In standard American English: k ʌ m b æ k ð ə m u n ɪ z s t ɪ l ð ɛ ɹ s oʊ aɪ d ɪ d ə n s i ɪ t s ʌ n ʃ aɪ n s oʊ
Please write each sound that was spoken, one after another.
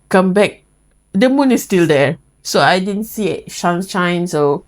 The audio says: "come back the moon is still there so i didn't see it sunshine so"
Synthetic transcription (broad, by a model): k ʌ m b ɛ k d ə m u n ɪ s t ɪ l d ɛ s oʊ aɪ d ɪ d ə n s i ɪ t ʃ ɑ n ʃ aɪ n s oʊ